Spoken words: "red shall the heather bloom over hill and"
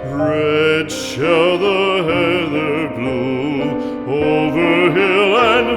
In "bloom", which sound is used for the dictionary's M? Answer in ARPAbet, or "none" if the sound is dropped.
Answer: none